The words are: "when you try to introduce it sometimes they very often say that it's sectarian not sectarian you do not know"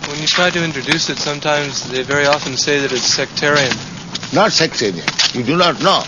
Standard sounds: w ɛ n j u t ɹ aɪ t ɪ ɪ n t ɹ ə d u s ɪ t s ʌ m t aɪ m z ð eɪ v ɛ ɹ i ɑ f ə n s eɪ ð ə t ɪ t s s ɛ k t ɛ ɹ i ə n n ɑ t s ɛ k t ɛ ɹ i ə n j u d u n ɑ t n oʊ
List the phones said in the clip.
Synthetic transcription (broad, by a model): w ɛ n j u t ɹ aɪ t ɪ ɪ n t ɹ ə d u s ɪ t s ʌ m t aɪ m z ð eɪ v ɛ ɹ i ɑ f ə n s eɪ ð ə t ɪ t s s ɛ k t ɛ ɹ i ə n n ɑ t s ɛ k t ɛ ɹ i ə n j u d u n ɑ t n oʊ